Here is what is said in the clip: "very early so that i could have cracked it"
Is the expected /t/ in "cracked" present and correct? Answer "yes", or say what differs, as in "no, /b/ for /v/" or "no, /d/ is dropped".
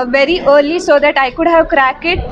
no, /t/ is dropped